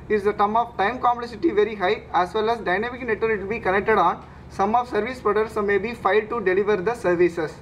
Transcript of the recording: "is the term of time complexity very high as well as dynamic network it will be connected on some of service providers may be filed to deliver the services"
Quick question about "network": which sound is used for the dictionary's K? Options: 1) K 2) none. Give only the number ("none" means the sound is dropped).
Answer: 2